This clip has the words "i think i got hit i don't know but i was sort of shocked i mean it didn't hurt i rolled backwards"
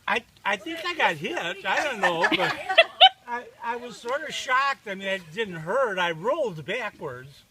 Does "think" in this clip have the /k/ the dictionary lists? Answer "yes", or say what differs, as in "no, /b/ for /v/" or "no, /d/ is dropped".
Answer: yes